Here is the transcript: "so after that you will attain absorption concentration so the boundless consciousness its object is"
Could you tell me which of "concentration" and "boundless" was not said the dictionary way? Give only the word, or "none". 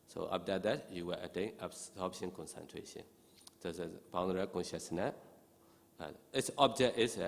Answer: boundless